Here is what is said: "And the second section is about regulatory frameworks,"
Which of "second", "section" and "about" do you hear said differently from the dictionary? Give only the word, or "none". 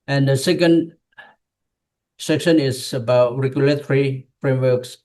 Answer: none